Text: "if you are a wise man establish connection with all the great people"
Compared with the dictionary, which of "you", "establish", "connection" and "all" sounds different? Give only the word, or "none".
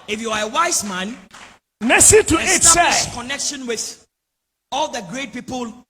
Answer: establish